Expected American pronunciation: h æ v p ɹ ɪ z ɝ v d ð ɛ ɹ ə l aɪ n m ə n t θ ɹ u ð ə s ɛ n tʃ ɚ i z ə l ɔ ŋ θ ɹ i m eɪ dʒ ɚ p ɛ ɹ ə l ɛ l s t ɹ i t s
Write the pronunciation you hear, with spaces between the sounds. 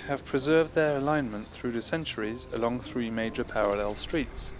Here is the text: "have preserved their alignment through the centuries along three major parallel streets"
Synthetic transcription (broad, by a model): h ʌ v p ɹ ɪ z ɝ v d ð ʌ ɹ ə l aɪ n m ə n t θ ɹ u ð ə s ɛ n tʃ ɚ i z ə l ɔ ŋ θ ɹ i m eɪ dʒ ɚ p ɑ ɹ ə l ɛ l s t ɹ i t s